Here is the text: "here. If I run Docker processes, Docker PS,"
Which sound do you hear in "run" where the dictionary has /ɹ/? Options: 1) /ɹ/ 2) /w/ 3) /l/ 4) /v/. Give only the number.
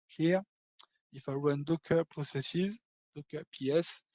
2